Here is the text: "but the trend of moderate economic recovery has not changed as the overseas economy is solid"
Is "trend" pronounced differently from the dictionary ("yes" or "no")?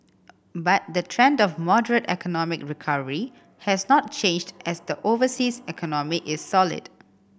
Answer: no